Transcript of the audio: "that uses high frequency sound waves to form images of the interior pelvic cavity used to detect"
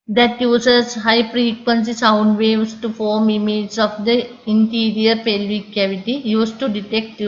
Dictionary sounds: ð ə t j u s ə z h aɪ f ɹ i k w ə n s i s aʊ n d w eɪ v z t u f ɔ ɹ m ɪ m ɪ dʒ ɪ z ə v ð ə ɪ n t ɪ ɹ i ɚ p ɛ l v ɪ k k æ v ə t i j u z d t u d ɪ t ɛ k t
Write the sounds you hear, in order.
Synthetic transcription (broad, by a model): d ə t j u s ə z h aɪ p ɹ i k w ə n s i s aʊ n d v eɪ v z t u f ɔ ɹ m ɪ m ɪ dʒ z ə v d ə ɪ n t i ɹ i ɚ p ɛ l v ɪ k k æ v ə t i j u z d t u d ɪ t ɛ k t